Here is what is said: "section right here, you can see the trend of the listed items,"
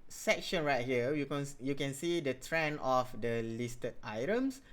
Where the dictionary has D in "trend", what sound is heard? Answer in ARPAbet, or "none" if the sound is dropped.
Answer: none